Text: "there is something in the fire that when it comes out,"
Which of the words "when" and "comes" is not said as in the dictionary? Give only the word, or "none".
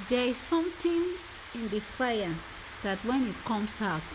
comes